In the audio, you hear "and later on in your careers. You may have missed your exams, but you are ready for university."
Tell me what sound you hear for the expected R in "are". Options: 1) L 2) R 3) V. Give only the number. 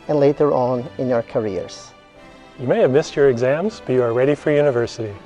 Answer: 2